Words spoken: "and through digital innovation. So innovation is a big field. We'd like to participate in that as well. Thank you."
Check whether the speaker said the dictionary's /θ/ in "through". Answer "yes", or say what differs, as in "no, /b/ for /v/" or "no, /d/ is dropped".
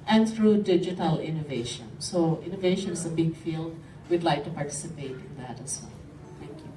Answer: no, /t/ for /θ/